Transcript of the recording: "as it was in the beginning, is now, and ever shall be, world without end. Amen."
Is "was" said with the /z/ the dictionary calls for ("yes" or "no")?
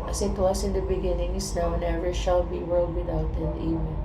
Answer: no